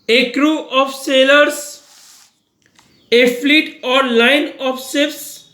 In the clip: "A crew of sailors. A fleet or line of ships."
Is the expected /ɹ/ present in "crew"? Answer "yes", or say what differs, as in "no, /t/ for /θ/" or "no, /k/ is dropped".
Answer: yes